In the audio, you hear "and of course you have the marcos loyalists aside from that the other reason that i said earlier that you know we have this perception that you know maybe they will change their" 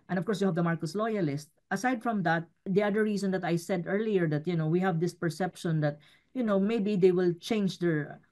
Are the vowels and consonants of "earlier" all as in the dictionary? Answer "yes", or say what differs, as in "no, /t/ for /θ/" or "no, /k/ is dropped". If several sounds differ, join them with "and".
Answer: yes